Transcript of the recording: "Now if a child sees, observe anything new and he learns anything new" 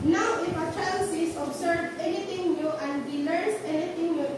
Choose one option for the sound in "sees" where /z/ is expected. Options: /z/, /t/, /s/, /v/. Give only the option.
/s/